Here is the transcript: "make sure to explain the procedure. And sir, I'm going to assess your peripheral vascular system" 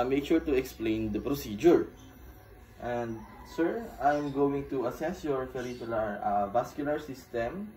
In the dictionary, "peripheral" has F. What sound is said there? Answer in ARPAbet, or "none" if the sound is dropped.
P